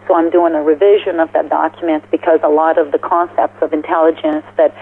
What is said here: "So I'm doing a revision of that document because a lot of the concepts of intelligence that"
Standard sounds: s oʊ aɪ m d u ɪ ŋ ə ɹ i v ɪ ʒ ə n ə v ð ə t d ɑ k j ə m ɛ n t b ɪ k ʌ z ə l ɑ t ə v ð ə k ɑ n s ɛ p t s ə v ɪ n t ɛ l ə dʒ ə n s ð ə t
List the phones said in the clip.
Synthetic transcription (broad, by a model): s oʊ aɪ m d u ɪ ŋ ə ɹ i v ɪ ʒ ə n ə v ð ə t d ɑ k j m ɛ n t b ɪ k ʌ z ə l ɑ t ə v ð ə k ɑ n s ɛ p t s ə v ɪ n t ɛ l ə dʒ ə n s ð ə t